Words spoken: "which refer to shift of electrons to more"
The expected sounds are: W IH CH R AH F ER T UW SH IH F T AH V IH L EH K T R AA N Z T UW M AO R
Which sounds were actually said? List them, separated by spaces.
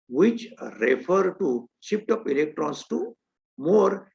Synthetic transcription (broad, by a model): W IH CH R AH F ER T UW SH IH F T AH P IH L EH K T R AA N S T UW M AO R